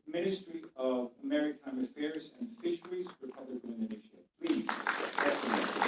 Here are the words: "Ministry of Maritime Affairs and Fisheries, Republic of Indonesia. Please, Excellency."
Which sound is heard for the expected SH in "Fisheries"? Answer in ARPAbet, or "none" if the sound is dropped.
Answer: SH